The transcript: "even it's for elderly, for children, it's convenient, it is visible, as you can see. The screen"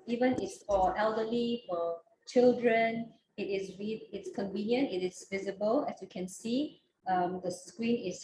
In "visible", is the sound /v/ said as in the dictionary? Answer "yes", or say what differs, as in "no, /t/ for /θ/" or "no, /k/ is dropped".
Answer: yes